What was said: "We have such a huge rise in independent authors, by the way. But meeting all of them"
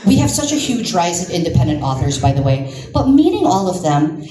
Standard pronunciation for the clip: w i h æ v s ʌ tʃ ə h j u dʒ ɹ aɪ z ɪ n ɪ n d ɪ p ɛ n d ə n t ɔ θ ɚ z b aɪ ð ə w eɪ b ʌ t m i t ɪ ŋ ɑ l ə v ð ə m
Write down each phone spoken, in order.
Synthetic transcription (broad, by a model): w i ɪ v s ʌ tʃ ə h j u dʒ ɹ aɪ z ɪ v ɪ n d ɪ p ɛ n d ə n t ɔ θ ɚ z b aɪ ð ə w eɪ b ʌ t m i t ɪ ŋ ɑ l ə v ð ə m